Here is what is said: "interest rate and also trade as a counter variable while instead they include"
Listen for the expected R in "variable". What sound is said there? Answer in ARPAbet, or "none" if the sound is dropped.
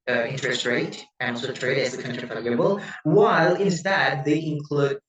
L